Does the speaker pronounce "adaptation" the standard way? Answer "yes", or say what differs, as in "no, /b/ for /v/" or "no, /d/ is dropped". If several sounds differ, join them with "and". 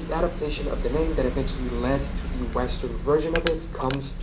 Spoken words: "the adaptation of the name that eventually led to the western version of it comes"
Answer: yes